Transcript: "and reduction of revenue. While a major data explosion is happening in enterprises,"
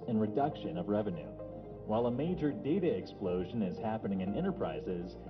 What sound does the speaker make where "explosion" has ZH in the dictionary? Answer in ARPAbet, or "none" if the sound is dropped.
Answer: ZH